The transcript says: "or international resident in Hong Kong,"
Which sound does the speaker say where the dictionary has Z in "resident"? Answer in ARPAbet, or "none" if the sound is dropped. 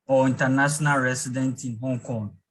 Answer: S